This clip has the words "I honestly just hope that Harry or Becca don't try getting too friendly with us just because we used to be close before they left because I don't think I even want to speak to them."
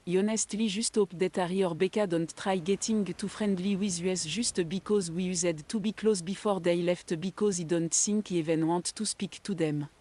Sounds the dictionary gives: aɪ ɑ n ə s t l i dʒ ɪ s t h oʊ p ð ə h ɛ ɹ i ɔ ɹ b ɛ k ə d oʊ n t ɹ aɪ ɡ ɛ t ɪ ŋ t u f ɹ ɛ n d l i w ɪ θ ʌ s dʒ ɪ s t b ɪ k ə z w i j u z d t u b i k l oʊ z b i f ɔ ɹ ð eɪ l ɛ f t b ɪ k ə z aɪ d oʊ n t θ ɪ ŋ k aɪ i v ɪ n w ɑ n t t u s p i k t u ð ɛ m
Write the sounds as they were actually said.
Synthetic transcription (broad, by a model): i ɑ n ə s t l i ʒ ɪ s t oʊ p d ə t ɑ ɹ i ɔ ɹ b ɛ k ə d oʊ n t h aɪ ɡ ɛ t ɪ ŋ t u f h ɛ n d l i w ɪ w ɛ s ʒ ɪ s t b ɪ k ə z w i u z d t u b i k l oʊ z b i f ɔ ɹ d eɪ l ɛ f t b ɪ k ə z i d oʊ n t s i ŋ k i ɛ v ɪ n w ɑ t t u s p i k t u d ɛ m